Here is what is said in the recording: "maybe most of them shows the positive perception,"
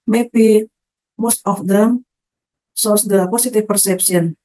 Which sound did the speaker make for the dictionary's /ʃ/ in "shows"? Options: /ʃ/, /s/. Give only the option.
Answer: /s/